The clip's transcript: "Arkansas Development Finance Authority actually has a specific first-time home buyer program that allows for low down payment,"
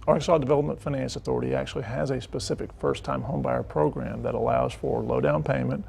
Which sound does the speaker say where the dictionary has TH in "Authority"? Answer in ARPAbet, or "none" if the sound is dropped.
TH